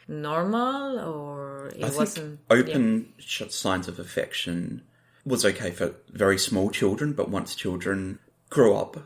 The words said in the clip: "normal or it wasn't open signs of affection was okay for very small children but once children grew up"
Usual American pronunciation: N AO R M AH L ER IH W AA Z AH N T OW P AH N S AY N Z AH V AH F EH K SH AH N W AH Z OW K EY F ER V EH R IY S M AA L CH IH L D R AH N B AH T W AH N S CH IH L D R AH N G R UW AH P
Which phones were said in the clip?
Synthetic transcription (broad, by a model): N AO R M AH L ER IH AA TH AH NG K OW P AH N S AY N Z AH V AH F EH K SH AH N W AH Z OW K EY F ER V EH R IY S M AA L CH IH L D R AH N B AH T W AH N S CH IH L D R AH N G R UW AH P